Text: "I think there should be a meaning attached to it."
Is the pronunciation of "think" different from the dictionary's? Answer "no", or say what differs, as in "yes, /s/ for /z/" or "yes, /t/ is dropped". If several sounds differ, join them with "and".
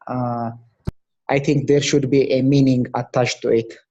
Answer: yes, /t/ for /θ/